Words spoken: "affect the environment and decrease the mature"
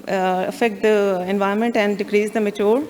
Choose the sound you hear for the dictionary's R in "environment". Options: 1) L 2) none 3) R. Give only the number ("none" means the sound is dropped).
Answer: 2